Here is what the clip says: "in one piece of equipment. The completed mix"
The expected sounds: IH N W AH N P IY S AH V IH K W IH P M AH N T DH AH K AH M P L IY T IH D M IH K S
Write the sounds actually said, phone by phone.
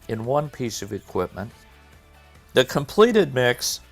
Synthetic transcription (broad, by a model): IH N W AH N P IY S AH V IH K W IH P M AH N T DH AH K AH M P L IY T IH D M IH K S